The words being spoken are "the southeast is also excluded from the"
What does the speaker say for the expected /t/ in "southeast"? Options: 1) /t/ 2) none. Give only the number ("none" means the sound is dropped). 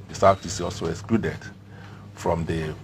2